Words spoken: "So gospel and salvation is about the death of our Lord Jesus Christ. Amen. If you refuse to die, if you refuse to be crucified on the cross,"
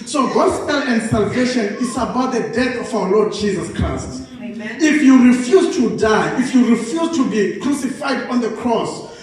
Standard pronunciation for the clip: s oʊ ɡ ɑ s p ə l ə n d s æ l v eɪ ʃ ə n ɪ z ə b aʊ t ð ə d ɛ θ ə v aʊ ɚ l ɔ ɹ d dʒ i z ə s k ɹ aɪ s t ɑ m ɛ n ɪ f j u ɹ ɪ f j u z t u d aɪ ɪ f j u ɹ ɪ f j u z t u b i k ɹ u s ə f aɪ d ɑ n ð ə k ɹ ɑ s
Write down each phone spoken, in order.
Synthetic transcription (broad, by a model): s oʊ ɡ ɑ s p ə l ə n d s æ l v eɪ ʃ ə n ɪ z ə b aʊ t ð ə d ɛ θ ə f aʊ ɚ l ɔ d dʒ i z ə s k ɹ aɪ s t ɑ f j u ɹ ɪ f j u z t u d aɪ ɪ f j u ɹ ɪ f j u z t u b i k ɹ u s ə f aɪ d ɑ n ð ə k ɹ ɑ s